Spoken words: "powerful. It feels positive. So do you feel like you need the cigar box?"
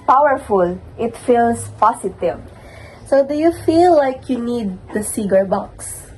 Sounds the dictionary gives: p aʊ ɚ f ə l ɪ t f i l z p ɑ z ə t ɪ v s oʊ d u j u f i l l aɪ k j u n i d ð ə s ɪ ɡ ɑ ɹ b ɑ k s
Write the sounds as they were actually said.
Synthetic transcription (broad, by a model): p aʊ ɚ f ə l ɪ t f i l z p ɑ s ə t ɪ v s oʊ d u j u f i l l aɪ k j u n i d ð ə s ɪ ɡ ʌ ɹ b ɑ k s